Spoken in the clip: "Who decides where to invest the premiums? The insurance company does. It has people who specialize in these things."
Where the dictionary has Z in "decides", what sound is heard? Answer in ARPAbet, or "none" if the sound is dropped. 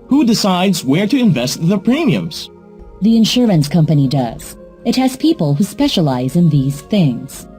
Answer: Z